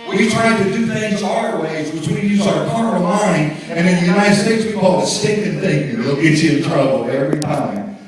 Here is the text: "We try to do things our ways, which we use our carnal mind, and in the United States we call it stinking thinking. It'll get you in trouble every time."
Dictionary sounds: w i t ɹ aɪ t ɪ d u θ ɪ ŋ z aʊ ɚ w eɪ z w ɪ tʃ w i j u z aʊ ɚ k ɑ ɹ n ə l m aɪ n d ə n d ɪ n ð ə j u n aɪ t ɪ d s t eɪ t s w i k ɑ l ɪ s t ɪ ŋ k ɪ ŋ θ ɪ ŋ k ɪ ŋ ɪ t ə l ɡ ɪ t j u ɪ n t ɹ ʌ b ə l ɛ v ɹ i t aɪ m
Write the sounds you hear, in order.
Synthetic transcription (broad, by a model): w i t ɹ aɪ t ɪ d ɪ θ ɪ ŋ z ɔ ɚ w eɪ z w ɪ tʃ w i j u z aʊ ɚ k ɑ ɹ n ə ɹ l aɪ n ə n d ɪ n ð ə j u n aɪ t ɪ d s t eɪ t s w i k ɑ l ɪ s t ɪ k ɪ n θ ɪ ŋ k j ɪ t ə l ɪ t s ɪ n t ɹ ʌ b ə l ɛ v ɹ i t aɪ m